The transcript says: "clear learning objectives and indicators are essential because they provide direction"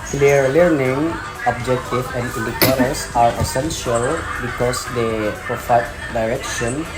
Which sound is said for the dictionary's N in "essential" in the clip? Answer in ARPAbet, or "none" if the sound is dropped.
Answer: N